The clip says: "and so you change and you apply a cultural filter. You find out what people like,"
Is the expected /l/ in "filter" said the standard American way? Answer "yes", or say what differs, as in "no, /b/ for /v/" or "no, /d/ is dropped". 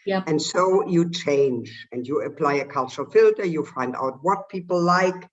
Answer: yes